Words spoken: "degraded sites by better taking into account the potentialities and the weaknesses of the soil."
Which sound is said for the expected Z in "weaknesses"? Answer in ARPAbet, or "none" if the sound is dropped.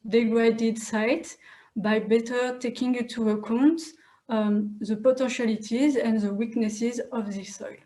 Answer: Z